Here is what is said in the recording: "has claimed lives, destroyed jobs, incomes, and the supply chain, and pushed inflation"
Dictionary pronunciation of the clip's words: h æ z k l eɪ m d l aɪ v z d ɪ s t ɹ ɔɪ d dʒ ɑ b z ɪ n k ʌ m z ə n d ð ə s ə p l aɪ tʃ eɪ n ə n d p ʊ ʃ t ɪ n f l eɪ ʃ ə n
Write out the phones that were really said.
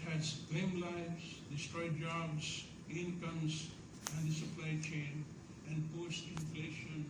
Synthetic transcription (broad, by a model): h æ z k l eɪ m l aɪ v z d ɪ s t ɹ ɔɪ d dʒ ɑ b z ɪ n k ʌ m z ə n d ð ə s ə p l aɪ tʃ eɪ n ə n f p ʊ s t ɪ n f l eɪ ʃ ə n